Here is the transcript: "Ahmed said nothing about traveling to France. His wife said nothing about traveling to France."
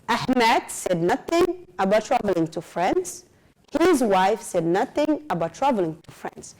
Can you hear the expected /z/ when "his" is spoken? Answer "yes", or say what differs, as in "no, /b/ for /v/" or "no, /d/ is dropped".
yes